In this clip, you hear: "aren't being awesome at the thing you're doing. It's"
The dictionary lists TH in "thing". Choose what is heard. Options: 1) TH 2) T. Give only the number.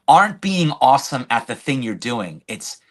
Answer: 1